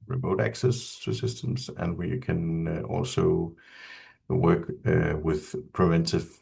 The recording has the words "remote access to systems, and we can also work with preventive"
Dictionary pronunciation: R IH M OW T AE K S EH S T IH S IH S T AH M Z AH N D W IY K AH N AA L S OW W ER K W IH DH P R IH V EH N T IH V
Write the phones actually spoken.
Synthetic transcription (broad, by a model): R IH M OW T AE K S EH S T IH S IH S T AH M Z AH N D W IY K AH N AA L S OW W ER K W IH DH P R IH V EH N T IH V